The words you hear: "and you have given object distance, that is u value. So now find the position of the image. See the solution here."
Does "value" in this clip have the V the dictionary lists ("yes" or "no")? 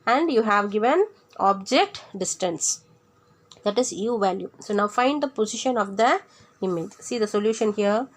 yes